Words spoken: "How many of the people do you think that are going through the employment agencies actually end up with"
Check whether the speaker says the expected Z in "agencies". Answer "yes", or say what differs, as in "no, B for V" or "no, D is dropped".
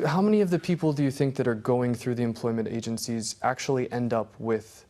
yes